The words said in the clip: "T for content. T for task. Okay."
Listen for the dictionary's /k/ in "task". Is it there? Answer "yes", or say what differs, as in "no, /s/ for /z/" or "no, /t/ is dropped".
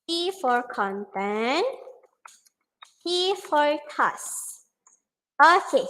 no, /k/ is dropped